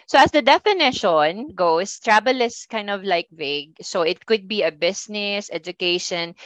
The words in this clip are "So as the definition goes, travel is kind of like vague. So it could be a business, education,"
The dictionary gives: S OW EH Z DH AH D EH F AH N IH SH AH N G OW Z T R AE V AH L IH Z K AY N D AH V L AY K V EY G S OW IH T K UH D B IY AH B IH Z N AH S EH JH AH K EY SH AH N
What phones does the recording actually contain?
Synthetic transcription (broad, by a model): S OW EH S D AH D EH F AH N IH SH AH N G OW S T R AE B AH L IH S K AY N D AH V L AY K V EY G S OW IH T K UH D B IY AH B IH S N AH S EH JH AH K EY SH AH N